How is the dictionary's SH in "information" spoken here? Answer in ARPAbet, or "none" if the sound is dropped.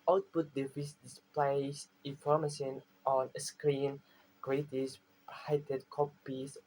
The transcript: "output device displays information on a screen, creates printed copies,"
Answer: S